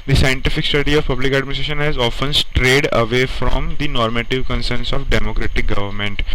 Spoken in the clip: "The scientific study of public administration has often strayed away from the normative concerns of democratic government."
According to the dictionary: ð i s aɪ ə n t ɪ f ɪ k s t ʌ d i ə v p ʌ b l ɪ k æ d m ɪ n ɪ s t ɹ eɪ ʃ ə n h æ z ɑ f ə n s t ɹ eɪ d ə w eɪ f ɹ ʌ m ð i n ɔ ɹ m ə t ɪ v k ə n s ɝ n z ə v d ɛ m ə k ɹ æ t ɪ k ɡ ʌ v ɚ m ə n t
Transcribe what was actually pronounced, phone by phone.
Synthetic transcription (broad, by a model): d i s aɪ ə n t ɪ f ɪ k s t ʌ d i ə v p ʌ b l ɪ k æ d m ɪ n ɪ s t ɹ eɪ ʃ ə n h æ z ɑ f ə n s t ɹ eɪ d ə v eɪ f ɹ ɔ m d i n ɔ ɹ m ə t ɪ v k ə n s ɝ n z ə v d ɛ m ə k ɹ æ t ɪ k ɡ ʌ v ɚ m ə n t